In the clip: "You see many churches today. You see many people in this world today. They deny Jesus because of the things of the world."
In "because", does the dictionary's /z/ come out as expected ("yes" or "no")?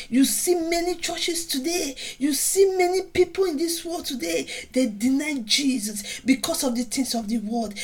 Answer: no